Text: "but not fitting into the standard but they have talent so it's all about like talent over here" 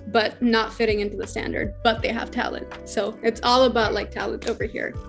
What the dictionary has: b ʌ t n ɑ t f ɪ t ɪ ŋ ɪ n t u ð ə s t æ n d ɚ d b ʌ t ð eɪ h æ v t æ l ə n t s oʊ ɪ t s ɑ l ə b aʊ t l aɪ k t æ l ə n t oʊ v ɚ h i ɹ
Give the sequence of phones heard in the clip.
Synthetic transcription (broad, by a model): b ʌ t n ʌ t f ɪ t ɪ ŋ ɪ n t u ð ə s t æ n d ɚ d b ʌ t ð eɪ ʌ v t æ l ə n t s oʊ ɪ t s ɑ l ə b aʊ t l aɪ k t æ l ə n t oʊ v ɚ h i ɹ